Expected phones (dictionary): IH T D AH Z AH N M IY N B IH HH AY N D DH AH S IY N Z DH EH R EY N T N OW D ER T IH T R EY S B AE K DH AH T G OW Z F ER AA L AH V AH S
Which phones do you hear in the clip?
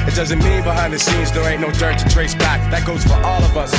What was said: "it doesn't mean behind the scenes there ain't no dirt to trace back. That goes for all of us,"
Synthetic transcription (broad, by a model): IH T D AH Z AH N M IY B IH HH AY N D DH AH S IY Z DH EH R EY T N OW D ER T IH T R EY S B AE K DH AH T G OW Z F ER AA L AH V AH S